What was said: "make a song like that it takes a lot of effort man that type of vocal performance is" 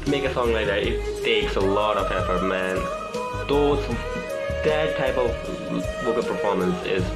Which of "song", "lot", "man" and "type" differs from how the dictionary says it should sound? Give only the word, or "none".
type